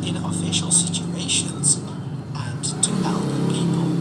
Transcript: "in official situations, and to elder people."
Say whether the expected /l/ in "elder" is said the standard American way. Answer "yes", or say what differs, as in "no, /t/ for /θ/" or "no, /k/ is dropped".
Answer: no, /l/ is dropped